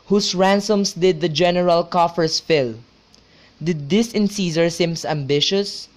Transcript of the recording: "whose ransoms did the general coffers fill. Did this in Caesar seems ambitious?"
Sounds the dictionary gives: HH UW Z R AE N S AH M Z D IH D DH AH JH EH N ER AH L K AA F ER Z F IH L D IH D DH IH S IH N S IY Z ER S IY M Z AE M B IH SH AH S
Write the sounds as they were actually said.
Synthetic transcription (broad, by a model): HH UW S R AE N S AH M S D IH D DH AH JH EH N ER AH L K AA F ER S F IH L D IH D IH S IH N S IY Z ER S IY M S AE M B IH SH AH S